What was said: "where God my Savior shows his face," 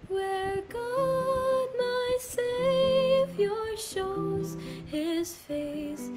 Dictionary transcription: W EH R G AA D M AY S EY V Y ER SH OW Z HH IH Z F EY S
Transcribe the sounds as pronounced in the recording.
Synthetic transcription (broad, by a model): W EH R G AA D M AY S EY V Y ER SH OW Z HH IH Z F EY S